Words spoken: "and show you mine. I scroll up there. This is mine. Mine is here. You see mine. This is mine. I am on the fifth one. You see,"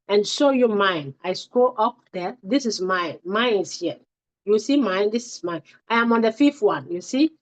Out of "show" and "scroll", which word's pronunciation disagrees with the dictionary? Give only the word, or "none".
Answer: scroll